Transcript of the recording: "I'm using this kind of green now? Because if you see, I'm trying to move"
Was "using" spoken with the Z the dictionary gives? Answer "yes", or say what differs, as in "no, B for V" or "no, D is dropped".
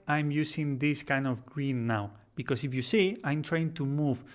no, S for Z